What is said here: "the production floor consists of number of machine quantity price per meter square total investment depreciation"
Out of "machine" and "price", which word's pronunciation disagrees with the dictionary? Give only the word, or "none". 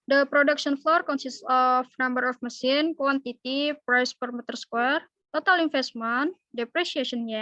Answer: machine